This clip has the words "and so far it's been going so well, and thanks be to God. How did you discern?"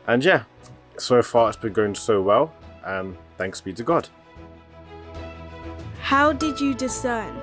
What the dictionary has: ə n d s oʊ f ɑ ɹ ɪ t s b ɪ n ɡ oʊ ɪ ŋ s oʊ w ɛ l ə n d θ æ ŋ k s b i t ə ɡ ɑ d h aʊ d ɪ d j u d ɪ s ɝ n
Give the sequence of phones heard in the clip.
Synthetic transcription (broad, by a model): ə n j s oʊ f ɑ ɹ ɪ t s b ɪ n ɡ oʊ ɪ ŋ s oʊ w ɛ l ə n θ æ ŋ k s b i t ə ɡ ɑ d h aʊ d ɪ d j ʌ d ɪ s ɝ n